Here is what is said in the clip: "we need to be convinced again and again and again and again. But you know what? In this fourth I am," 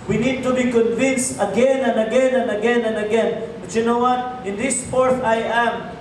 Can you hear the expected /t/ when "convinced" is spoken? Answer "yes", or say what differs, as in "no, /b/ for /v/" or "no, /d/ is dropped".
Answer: yes